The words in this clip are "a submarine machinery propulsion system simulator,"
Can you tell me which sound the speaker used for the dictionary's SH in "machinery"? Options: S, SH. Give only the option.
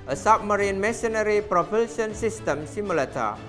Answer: S